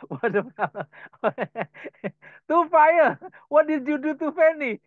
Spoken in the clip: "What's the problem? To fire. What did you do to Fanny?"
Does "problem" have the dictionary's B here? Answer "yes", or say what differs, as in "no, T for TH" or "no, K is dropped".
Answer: no, B is dropped